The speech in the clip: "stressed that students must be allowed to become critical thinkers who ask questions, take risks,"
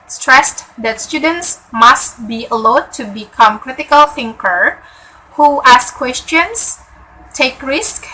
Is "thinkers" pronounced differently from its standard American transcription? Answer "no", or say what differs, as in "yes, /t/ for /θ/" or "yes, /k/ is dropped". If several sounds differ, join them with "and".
yes, /z/ is dropped